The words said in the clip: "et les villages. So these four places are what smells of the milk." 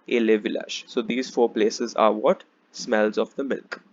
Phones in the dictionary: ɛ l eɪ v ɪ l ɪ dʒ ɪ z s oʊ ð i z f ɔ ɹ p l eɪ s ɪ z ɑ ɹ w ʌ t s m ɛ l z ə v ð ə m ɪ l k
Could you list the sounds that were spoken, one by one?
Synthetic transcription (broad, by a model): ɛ l eɪ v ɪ l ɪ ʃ s oʊ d i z f ɔ ɹ p l eɪ s ɪ z ɑ ɹ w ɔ t s m ɛ l z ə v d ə m ɪ l k